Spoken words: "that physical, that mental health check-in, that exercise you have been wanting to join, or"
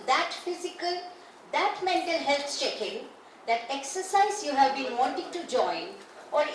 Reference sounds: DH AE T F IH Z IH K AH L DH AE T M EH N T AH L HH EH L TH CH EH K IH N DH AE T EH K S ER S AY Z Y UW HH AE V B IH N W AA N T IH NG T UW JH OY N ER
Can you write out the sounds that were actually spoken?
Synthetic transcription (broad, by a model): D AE T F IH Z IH K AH L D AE T M EH N T AH L HH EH L S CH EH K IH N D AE T EH K S ER S AY Z Y UW HH AE V B IH N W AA N T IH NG T UW JH OY N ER